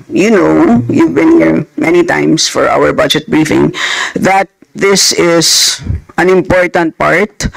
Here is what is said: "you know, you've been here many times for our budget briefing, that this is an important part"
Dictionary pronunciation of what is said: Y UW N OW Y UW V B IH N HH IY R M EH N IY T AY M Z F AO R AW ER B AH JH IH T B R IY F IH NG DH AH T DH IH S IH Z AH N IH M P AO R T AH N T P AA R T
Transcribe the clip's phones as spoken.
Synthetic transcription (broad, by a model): Y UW N OW Y UW V B IH N HH IY R M EH N IY T AY M S F AO R AW ER B AH JH IH T B R IY F IH NG DH AH T DH IH S IH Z AH N IH M P AO R T AH N T P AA R T